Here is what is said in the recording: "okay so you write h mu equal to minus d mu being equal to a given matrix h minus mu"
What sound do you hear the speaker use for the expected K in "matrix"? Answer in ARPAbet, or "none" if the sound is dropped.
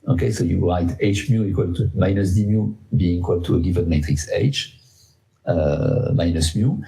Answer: K